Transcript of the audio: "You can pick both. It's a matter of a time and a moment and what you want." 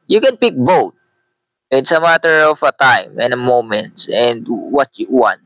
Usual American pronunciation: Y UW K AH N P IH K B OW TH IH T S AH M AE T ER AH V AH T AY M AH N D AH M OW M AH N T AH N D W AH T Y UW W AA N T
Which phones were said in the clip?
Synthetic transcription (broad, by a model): Y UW K AH N P IH K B OW T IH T S AH M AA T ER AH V AH T AY M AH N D AH M OW M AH N T AH N D W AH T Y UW W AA N T